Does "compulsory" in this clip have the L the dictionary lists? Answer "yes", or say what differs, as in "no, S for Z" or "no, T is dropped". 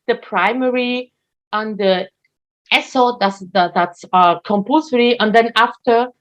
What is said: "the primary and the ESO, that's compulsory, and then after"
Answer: no, L is dropped